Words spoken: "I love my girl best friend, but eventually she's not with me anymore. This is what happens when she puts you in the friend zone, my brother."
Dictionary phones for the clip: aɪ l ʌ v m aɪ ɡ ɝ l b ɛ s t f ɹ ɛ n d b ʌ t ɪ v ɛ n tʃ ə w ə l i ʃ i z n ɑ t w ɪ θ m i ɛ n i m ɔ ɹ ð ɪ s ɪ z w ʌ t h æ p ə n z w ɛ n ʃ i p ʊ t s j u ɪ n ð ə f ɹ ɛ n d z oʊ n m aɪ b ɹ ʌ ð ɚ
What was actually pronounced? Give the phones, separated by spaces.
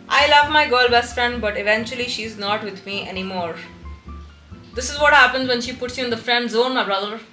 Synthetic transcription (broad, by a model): aɪ l ʌ v m aɪ ɡ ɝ l b ɛ s t f ɹ ɛ n d b ʌ t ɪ v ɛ n tʃ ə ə l i ʃ i z n ɑ t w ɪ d m i ɛ n i m ɔ ɹ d ɪ s ɪ z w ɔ t h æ p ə n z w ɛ n ʃ i p ʊ t s j u ɪ n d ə f ɹ ɛ n d z oʊ n m aɪ b ɹ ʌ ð ɚ